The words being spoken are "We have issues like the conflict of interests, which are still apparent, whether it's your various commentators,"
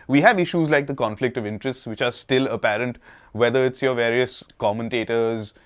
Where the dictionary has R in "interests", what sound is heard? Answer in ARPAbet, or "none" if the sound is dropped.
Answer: R